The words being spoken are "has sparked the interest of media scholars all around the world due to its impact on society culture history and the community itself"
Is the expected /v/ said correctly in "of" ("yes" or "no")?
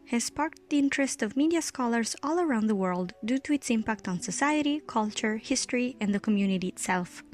yes